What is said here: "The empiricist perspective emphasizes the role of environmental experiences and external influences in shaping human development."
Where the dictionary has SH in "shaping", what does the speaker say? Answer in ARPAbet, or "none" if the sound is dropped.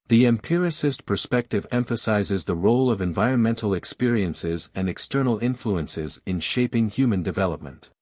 SH